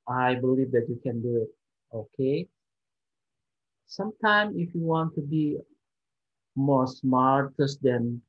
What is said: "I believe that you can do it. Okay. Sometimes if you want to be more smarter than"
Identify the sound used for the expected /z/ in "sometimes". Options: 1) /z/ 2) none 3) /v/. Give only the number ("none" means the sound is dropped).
2